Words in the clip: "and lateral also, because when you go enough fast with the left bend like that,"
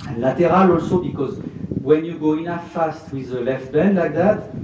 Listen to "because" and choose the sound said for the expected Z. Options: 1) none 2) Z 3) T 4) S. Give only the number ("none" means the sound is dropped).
2